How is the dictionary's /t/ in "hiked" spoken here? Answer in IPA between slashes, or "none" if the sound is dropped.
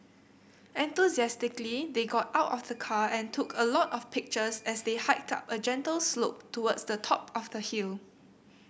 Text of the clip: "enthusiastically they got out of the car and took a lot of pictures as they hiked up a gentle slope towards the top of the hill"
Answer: /t/